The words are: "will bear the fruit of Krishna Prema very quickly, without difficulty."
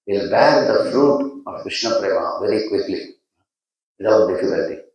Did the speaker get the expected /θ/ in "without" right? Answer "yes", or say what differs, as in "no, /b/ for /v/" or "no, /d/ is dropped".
no, /t/ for /θ/